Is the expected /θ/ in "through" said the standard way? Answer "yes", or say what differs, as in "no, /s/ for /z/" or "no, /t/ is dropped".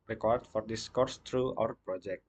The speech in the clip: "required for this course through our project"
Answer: no, /t/ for /θ/